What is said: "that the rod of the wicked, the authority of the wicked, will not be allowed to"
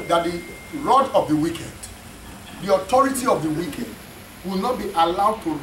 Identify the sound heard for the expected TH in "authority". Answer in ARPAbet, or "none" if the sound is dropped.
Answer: T